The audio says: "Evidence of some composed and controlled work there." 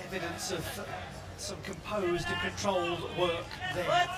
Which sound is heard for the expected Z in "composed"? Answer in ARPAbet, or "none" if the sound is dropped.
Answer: Z